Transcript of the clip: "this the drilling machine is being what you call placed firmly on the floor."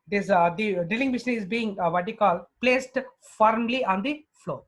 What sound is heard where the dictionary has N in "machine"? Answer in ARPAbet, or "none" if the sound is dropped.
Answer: none